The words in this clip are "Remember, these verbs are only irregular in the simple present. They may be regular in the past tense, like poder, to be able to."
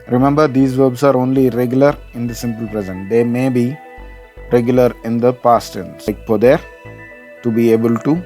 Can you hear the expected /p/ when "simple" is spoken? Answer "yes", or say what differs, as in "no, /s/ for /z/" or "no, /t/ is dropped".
yes